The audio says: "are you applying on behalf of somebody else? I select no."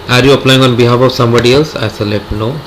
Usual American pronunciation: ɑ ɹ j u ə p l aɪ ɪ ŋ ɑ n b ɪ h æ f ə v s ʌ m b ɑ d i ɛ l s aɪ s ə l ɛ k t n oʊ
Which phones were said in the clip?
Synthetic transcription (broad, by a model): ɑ ɹ j u ə p l aɪ ɪ ŋ ɑ n b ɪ h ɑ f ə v s ʌ m b ɑ d i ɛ l s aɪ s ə l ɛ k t n oʊ